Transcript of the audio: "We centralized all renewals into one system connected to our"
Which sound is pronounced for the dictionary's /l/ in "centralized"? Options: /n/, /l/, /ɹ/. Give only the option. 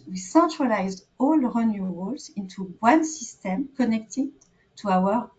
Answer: /l/